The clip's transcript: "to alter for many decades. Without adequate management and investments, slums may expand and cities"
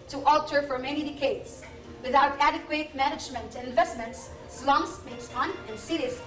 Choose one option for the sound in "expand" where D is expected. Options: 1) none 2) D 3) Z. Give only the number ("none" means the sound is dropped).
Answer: 1